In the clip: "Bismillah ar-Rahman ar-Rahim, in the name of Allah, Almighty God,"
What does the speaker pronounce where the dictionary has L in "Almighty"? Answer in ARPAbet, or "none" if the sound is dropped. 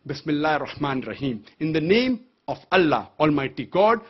L